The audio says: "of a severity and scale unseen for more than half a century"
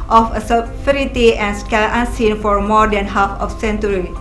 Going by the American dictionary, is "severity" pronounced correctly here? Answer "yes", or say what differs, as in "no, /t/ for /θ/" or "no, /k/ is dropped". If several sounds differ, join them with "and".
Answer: no, /f/ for /v/